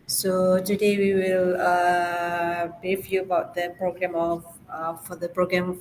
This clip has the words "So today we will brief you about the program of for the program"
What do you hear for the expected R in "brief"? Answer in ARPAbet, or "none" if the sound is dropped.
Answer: none